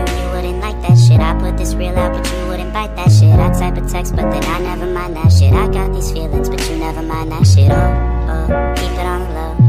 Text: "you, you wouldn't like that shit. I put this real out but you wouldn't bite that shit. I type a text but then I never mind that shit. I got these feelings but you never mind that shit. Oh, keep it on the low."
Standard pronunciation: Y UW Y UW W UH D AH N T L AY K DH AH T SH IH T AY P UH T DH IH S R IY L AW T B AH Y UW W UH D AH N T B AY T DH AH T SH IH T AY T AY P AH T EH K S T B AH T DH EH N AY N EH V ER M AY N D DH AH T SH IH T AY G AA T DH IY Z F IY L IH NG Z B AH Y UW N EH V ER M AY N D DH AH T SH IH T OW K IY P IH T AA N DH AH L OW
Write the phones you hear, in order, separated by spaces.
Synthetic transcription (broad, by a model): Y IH W UH D N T L AY K DH AH T SH IH T AY P UH T DH IH S R IY L AW T B AH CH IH W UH D N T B AY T DH AH T SH IH T AY S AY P AH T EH K S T B AH T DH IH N AY N EH V ER M AY N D DH AH T SH IH T AY G AA T DH IY Z F IY L IH NG Z B AH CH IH N EH V ER M AY N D DH AH T SH IH T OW K IY P IH T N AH L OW